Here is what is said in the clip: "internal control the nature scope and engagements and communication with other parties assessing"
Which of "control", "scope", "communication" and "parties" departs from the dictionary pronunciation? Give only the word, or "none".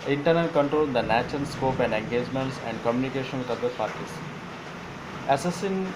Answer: parties